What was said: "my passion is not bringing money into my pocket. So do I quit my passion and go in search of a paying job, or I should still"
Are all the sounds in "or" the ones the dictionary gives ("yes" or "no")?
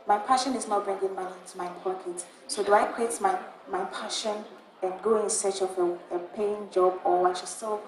no